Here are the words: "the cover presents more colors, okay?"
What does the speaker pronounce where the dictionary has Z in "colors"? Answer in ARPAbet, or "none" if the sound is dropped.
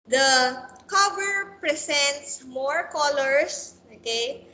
S